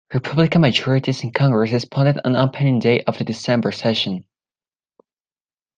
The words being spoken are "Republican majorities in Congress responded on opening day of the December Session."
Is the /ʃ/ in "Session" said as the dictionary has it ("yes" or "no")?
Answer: yes